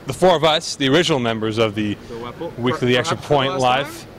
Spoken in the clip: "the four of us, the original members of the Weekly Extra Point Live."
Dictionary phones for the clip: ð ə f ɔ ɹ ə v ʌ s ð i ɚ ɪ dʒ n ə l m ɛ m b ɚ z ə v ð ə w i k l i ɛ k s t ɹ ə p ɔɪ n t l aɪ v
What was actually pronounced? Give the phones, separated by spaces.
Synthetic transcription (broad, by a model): ð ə f ɔ ɹ ə v ʌ s ð i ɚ ɪ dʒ n l m ɛ m b ɚ z ə v ð ə w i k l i ɛ k s t ɹ ə p ɔɪ n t l aɪ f